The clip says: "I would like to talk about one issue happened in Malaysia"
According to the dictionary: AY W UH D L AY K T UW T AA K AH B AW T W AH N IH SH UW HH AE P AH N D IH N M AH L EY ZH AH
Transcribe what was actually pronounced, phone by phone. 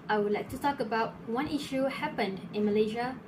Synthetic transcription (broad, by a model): AY W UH D L AY K T UW T AA K AH B AW T W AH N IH SH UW HH AE P AH N D IH N M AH L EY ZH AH